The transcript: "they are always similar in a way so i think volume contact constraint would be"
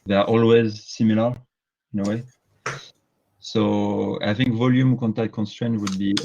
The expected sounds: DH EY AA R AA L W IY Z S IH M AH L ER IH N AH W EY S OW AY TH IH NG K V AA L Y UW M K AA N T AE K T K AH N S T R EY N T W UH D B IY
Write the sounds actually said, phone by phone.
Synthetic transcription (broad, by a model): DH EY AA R AA L W IY Z S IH M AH L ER IH N AH W EY S OW AY TH IH NG K V AA L Y UW M K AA N T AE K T K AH N S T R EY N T W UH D B IY